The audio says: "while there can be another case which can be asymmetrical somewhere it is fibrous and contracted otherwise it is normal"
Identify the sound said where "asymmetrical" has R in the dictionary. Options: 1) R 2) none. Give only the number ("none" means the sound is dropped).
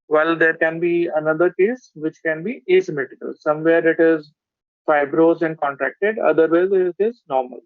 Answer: 2